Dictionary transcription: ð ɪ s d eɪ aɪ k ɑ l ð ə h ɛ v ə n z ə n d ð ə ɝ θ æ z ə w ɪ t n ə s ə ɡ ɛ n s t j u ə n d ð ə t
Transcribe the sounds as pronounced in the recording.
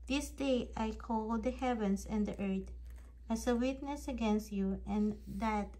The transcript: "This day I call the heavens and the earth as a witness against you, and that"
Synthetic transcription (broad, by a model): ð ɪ s d eɪ aɪ k ɑ l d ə h ɛ v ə n s ə n d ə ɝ t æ s ə w ɪ t n ə s ə ɡ ɛ n s t j u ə n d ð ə t